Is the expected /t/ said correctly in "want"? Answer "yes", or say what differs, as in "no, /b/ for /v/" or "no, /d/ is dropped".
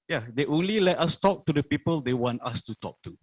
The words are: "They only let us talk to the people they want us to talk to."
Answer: yes